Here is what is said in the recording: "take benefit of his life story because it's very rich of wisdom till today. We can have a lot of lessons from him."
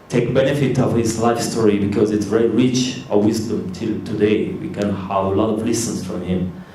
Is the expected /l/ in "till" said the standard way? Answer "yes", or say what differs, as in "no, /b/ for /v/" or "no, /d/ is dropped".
yes